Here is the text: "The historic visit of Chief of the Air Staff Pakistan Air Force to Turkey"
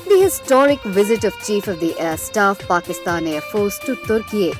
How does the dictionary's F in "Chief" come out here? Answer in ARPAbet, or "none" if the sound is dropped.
F